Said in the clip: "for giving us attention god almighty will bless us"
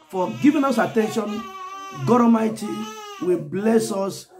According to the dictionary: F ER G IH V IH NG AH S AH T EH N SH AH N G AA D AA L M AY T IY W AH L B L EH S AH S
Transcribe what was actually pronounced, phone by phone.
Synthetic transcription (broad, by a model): F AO G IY V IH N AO S AH T EH N SH AH N G AA D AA M AY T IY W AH B L EH S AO S